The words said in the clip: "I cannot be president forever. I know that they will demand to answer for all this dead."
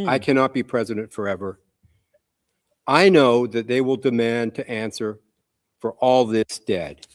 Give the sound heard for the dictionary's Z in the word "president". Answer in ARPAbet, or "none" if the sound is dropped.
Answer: Z